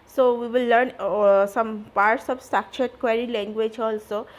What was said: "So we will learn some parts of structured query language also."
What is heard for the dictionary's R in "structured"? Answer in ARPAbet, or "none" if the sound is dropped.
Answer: none